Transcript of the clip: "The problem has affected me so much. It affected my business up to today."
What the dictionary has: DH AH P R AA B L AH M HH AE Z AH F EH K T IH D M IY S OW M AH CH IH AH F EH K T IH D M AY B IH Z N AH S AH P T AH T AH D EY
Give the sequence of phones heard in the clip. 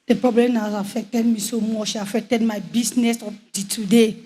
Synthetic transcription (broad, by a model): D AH P R AA B L AH M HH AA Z AH F EH K T IH D M IY S OW M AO SH IH AH F EH K T IH D M AY B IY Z N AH S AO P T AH T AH D EY